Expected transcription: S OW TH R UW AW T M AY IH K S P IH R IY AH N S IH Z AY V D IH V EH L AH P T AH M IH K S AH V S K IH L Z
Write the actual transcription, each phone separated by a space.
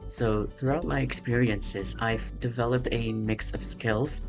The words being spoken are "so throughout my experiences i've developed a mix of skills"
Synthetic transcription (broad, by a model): S OW TH R UW AW T M AY IH K S P IH R IY AH N S IH Z AY V D IH V EH L AH P T AH M IH K S AH V S K IH L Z